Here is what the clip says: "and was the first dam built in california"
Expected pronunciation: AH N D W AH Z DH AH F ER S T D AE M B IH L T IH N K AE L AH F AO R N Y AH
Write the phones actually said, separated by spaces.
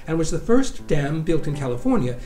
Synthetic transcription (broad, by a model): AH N W AH Z DH AH F ER S D AE M B IH L T IH N K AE L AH F AO R N Y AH